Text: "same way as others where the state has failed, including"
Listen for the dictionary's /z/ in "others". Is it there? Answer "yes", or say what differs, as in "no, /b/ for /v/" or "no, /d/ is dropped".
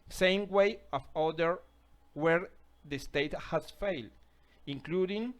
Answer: no, /z/ is dropped